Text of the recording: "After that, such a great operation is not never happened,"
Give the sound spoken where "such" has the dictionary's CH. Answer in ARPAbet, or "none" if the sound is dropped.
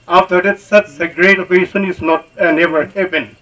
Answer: S